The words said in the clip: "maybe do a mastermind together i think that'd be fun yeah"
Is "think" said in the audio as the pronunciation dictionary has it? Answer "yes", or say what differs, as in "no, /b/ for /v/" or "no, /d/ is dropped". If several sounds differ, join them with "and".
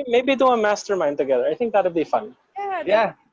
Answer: yes